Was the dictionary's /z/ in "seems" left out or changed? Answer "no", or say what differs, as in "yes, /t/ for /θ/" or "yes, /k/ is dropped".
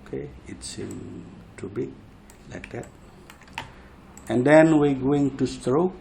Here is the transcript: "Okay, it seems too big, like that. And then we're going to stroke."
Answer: yes, /z/ is dropped